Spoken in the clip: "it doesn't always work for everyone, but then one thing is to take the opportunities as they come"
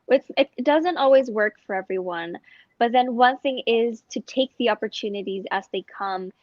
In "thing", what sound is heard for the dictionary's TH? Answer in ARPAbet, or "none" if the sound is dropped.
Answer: TH